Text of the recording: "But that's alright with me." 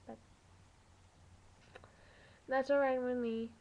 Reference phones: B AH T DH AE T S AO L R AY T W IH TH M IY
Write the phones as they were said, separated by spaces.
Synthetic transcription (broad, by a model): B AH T DH AE T S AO R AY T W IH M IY